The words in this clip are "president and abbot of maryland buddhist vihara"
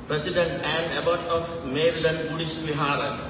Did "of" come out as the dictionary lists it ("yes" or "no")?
no